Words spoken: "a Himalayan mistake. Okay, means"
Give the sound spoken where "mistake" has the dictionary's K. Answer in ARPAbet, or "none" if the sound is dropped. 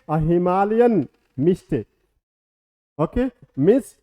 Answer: none